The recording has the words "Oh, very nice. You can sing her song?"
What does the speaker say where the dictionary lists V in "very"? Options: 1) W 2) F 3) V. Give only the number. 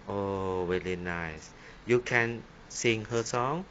1